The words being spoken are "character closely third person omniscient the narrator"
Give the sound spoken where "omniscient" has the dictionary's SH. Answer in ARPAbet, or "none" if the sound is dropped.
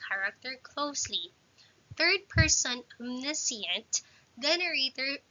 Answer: S